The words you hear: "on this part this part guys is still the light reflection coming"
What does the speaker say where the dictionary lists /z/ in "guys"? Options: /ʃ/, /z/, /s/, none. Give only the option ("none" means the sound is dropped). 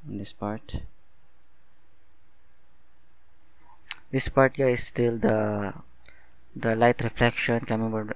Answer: none